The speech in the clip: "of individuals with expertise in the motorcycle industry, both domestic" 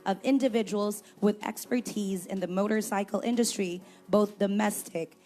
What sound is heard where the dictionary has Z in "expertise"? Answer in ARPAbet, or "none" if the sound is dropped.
Z